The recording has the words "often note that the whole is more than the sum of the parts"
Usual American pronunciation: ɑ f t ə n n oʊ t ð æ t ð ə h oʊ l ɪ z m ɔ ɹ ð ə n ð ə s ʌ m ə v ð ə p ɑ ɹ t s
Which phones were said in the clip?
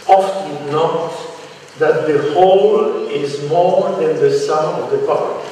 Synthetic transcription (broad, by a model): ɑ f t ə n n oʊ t ð æ t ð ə h oʊ l ɪ z m ɔ ɹ ð ə n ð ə s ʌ ə v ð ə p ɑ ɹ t